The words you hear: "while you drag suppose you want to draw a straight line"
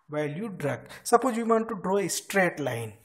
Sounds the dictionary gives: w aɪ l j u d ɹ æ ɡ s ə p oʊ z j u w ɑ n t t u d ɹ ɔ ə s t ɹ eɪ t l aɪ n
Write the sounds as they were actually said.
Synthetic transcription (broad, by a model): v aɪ l j u d ɹ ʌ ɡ s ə p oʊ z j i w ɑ n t t u d ɹ ɔ ə s t ɹ eɪ t l aɪ n